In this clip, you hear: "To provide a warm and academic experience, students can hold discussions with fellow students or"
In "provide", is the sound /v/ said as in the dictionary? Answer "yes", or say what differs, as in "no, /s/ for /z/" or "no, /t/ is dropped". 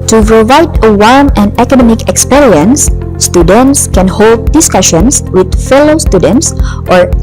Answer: yes